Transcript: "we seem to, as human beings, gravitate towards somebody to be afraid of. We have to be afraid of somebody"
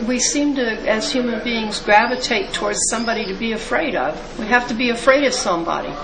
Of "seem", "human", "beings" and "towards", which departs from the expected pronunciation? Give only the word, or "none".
none